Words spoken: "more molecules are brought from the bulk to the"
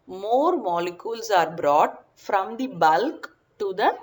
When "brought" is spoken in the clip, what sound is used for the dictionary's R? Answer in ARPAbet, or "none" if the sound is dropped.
R